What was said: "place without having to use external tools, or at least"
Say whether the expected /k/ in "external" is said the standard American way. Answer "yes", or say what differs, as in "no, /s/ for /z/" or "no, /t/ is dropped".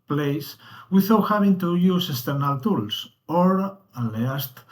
no, /k/ is dropped